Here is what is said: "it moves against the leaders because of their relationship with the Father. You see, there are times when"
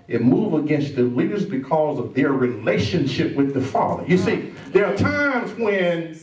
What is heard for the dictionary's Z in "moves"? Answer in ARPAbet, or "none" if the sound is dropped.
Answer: none